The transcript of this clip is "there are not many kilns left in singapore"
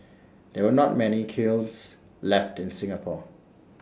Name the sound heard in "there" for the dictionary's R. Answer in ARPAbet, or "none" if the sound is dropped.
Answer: W